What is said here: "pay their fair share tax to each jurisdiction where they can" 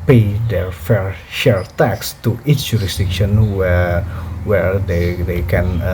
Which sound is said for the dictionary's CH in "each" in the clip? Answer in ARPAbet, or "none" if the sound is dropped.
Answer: S